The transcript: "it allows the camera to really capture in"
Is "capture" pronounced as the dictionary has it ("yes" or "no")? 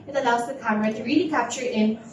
yes